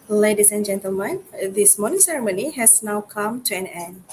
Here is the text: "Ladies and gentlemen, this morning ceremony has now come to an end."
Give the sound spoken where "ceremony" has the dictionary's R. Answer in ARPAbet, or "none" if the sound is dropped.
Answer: R